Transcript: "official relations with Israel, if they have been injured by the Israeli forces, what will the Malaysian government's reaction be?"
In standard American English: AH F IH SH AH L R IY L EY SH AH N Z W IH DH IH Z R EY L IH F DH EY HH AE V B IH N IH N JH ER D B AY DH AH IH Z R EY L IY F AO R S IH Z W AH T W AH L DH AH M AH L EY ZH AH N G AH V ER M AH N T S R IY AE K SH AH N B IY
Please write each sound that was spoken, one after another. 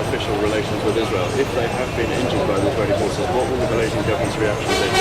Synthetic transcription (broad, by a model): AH F IH SH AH L R IY L EY SH AH N Z W IH DH IH Z R EY L IH F DH EY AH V B IH N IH N JH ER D B AY DH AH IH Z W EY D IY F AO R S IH W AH T W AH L DH AH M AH L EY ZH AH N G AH V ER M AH N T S R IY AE K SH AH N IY